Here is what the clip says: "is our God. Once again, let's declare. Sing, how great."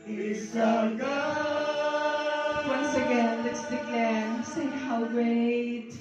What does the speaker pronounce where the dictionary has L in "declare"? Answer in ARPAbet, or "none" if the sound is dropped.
none